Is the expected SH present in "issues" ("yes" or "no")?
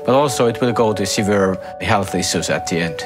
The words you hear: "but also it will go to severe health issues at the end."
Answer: no